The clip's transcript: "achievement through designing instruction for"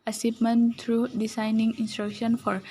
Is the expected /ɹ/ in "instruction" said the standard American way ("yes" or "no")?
yes